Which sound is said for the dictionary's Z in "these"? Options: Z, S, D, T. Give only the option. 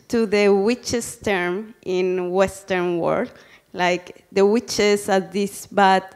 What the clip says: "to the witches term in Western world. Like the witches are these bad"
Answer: S